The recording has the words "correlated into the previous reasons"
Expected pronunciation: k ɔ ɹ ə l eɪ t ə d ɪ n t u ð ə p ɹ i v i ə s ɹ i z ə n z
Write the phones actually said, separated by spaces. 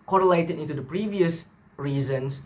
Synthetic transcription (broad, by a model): k ɔ ɹ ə l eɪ t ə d ɪ n t u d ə p ɹ i v i ə s ɹ i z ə n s